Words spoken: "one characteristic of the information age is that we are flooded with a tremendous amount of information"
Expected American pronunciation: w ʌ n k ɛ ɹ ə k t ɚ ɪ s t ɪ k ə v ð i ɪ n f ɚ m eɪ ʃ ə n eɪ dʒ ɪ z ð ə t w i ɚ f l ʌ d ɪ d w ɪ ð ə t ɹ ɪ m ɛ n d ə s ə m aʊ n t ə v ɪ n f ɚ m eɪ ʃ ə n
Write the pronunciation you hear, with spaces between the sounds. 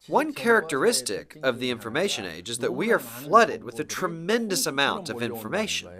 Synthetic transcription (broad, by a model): w ʌ n k ɛ ɹ ə k t ɚ ɪ s t ɪ k ə v ð i ɪ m f ɚ m eɪ ʃ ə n eɪ dʒ ɪ z ð ə t w i ɚ f l ʌ d ɪ d w ɪ ð ə t ɹ ɪ m ɛ n d ə s ə m aʊ n t ə v ɪ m f ɚ m eɪ ʃ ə n